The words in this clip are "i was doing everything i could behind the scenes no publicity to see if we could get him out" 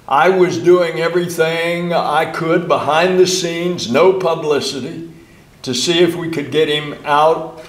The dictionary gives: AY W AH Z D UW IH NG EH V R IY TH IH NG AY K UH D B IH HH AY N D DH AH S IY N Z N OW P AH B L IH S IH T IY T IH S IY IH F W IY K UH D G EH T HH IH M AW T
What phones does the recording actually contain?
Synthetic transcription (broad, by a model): AY W AH Z D UW IH NG EH V R IY TH IH NG AY K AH D B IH HH AY N DH AH S IY N Z N OW P AH B L IH S IH T IY T IH S IY IH F W IY K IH D G EH T HH IH M AW T